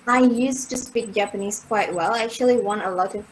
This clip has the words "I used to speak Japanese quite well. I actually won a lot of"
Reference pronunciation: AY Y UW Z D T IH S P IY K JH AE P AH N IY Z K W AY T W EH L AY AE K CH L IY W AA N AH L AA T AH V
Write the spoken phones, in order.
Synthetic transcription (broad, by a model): AY Y UW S T IH S P IY K JH AE P AH N IY Z K W AY T W EH L AY AE K CH L IY W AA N AH L AA T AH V